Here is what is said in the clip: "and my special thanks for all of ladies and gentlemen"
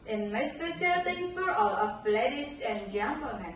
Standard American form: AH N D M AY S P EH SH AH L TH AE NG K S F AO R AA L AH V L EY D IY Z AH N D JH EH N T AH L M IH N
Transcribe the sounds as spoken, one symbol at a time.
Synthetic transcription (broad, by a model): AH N M AY S P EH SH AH L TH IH NG S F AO R AA L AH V L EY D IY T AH N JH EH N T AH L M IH N